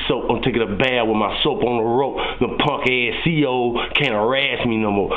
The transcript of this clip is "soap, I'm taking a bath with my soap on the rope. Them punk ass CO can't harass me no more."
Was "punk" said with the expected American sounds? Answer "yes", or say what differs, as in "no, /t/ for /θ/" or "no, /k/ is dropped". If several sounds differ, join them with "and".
yes